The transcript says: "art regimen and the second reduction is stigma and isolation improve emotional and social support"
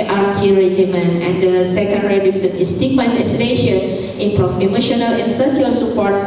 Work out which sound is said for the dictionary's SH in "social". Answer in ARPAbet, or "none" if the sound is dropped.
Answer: none